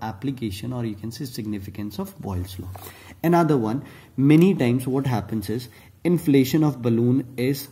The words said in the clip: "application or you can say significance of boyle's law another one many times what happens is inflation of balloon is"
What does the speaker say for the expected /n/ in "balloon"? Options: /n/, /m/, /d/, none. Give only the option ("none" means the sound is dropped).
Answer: /n/